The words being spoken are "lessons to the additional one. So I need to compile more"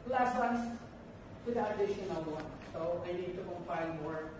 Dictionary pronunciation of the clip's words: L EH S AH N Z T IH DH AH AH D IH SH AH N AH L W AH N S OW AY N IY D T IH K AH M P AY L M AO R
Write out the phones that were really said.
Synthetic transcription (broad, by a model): L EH S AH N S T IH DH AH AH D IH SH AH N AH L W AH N S OW AY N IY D T IH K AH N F AY N M AO R